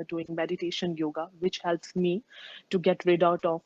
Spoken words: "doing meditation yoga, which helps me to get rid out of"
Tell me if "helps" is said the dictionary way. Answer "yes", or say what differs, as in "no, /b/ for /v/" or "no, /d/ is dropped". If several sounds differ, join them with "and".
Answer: yes